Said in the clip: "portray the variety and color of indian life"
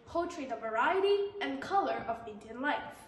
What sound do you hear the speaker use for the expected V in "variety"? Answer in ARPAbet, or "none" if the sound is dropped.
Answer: V